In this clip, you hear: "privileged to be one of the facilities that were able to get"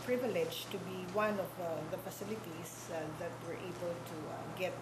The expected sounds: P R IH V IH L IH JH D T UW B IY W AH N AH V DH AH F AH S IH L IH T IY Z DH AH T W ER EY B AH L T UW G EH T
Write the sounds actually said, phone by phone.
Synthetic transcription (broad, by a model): P R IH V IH L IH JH T UW B IY W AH N AH V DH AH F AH S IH L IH T IY S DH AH T W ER EY B AH L T UW G EH T